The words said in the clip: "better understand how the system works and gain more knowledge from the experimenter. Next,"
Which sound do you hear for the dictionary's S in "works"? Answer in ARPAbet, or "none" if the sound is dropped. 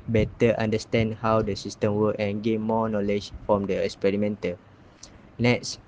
none